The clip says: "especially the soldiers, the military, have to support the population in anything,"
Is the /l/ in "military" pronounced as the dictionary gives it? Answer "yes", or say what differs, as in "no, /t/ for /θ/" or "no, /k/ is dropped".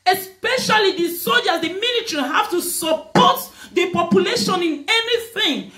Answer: no, /n/ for /l/